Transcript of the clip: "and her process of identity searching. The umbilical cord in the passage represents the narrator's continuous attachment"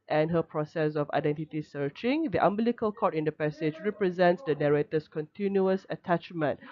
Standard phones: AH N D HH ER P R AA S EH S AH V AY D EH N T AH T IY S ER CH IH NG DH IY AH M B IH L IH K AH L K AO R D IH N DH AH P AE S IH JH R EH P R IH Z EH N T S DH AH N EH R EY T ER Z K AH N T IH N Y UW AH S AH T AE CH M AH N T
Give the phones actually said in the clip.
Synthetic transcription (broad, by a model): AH N HH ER P R AA S EH S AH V AY D EH N T AH T IY S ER CH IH NG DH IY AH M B L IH K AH L K AO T IH N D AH P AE S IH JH R EH P R IH Z EH N T S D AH N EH R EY T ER S K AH N T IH N Y UW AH S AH T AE CH M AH N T